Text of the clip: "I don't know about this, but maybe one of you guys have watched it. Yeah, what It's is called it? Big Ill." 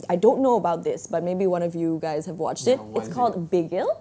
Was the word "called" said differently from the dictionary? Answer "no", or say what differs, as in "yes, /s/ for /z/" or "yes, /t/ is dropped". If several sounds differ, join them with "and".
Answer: no